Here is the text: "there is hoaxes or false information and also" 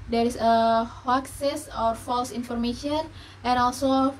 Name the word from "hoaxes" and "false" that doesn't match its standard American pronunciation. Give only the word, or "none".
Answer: hoaxes